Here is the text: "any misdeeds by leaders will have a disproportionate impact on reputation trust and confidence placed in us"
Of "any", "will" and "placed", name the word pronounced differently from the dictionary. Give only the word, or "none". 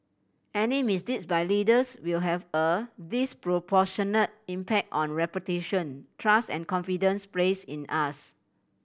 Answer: placed